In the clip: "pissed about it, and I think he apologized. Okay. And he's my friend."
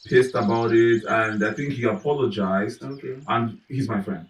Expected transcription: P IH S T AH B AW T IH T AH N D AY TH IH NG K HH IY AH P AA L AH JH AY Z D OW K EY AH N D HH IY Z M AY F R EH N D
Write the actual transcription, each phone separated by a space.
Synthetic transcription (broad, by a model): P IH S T AH B AW T IH T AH N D AY TH IH NG K HH IY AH P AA L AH JH AY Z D OW K EY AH N HH IY Z M AY F R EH N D